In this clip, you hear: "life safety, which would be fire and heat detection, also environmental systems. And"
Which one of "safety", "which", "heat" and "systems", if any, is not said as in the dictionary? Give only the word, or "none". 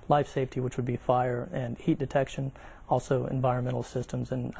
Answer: none